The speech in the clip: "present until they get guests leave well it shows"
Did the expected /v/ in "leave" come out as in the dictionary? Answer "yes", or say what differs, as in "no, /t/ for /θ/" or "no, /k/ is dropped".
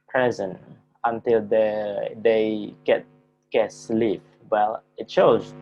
no, /p/ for /v/